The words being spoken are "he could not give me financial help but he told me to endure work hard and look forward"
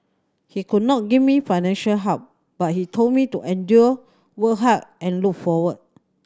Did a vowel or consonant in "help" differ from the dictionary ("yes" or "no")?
yes